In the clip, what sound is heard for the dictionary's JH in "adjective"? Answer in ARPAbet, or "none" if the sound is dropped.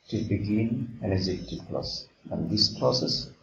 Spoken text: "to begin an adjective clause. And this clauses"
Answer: Z